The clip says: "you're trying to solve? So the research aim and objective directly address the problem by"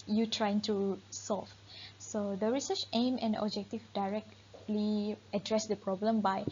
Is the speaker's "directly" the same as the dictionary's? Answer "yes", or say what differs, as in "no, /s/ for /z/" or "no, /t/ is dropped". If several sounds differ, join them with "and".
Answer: yes